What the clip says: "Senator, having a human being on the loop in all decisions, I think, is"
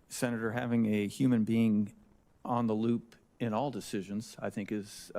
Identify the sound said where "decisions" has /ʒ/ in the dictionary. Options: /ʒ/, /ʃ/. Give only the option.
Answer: /ʒ/